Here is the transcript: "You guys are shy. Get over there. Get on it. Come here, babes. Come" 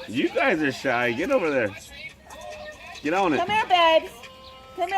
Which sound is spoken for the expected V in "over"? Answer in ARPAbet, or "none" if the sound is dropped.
V